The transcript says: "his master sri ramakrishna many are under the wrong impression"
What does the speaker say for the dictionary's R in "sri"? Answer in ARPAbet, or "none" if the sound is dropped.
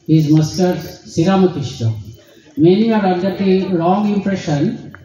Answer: none